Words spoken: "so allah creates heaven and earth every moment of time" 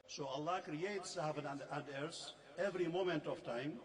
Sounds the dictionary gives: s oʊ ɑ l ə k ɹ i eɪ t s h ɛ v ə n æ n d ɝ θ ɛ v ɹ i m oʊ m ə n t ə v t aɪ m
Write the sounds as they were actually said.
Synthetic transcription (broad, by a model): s oʊ ɑ l ə k ɹ i eɪ t s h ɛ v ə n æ n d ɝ s ɛ v ɹ i m oʊ m ə n t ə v t aɪ m